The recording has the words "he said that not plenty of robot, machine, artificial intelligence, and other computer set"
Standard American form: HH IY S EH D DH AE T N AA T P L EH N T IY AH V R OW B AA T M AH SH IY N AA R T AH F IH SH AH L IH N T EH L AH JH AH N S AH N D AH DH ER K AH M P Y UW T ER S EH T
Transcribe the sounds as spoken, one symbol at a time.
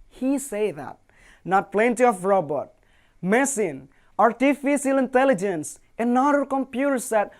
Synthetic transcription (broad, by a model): HH IY S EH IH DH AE T N AA T P L EH N T IY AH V R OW B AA T M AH S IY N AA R T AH F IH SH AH L IH N T EH L AH JH AH N S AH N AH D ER K AH M P Y UW T ER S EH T